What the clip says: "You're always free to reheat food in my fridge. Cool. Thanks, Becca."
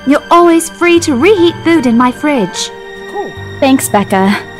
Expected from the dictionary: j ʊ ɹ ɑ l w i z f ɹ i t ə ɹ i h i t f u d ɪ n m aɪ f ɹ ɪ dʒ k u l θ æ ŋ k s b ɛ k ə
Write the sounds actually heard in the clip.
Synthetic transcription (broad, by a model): j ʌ ɹ ɑ l w i z f ɹ i t ə ɹ i h i t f u d ɪ n m aɪ f ɹ ɪ dʒ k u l θ æ ŋ k s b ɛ k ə